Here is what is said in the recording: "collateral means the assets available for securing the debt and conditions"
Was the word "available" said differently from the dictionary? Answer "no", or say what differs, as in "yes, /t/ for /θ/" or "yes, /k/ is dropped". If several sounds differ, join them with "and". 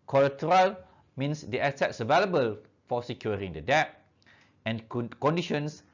no